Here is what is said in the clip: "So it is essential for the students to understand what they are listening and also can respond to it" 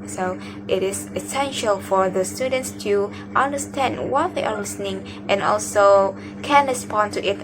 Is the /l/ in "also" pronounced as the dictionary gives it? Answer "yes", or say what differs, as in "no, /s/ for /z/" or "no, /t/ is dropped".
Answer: yes